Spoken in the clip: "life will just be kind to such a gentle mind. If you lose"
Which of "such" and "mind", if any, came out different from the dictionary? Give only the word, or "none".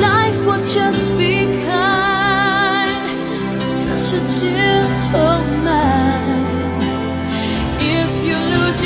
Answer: mind